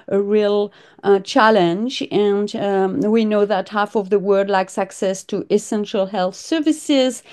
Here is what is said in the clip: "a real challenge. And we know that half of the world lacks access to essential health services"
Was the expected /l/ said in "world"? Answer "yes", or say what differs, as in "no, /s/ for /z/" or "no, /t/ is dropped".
no, /l/ is dropped